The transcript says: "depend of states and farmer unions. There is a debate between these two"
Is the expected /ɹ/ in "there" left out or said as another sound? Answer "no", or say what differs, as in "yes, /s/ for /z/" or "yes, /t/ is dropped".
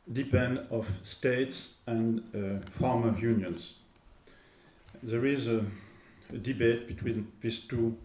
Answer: no